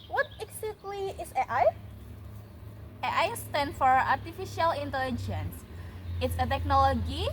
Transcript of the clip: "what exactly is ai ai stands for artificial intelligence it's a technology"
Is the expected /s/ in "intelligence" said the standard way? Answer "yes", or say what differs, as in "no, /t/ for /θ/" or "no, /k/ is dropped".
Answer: yes